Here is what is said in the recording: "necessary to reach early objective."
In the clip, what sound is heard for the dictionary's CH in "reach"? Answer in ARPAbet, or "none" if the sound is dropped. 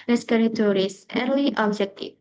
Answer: S